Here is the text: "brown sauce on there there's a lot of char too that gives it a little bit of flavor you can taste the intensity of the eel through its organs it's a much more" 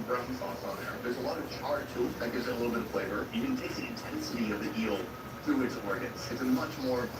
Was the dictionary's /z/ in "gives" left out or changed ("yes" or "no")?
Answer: no